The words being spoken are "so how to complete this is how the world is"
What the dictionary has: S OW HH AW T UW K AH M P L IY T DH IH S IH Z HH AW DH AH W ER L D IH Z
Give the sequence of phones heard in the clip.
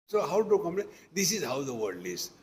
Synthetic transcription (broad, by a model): S OW HH AW T UW K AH M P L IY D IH S IH Z HH AW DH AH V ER D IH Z